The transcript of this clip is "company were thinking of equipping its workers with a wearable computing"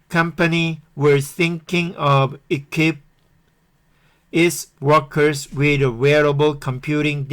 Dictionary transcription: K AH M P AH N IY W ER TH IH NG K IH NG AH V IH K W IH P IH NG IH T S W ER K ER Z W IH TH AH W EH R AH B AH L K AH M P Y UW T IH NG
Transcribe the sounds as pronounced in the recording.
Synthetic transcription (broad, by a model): K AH M P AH N IY W ER TH IH NG K IH NG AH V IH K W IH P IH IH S W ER K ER S W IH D AH W EH R AH B AH L K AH M P Y UW T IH NG